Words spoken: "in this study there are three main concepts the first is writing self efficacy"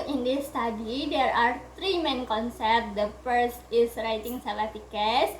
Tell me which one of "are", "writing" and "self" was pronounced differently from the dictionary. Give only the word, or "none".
self